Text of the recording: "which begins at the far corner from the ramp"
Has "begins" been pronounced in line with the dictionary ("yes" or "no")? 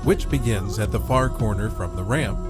yes